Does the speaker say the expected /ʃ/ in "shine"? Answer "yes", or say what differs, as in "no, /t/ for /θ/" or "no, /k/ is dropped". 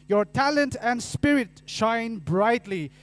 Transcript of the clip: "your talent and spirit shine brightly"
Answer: yes